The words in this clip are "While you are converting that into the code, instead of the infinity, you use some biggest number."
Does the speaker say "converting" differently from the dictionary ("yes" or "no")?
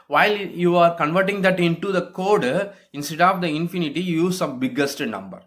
no